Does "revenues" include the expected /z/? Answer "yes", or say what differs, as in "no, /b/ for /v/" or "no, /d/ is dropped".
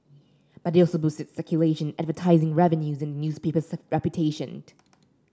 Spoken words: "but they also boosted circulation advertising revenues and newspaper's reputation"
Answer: yes